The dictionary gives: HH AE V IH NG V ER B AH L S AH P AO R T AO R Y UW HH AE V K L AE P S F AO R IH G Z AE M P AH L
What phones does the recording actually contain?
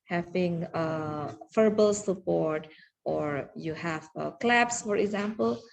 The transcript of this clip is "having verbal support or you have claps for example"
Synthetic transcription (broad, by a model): HH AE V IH NG F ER B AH L S AH P AO R T AO R Y UW HH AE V K L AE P S F AO R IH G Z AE M P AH L